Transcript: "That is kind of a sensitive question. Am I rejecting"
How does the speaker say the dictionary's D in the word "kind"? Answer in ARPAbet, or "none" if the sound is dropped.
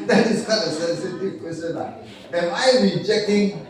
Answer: none